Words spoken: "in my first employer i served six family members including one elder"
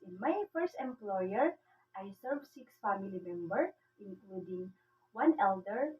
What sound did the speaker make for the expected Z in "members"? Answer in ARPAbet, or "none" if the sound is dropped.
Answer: none